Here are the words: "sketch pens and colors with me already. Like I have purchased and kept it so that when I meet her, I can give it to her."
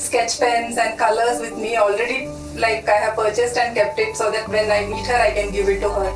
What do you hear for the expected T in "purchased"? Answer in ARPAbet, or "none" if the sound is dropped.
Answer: T